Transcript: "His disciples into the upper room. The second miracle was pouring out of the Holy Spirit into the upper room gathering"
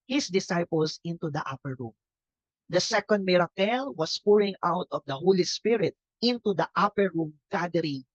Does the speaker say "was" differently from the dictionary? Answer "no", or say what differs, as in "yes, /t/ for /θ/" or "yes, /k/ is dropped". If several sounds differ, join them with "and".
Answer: yes, /s/ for /z/